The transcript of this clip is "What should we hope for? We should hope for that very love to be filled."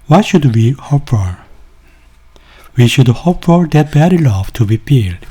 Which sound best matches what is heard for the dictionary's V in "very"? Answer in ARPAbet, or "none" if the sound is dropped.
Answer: B